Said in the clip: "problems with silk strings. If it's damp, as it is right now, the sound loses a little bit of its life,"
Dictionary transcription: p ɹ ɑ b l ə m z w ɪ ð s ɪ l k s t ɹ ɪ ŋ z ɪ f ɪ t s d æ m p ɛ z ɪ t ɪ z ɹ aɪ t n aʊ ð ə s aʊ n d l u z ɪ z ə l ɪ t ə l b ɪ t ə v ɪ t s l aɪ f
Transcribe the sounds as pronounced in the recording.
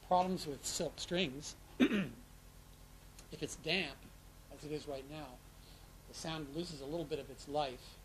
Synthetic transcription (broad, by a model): p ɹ ɑ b l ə m z w ɪ ð s ɪ l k s t ɹ ɪ ŋ z ɪ f ɪ t s d æ m p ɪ z ɪ t ɪ z ɹ aɪ t n aʊ ð ə s aʊ n d l u z ɪ z ə l ɪ t l b ɪ t ə v ɪ t s l aɪ f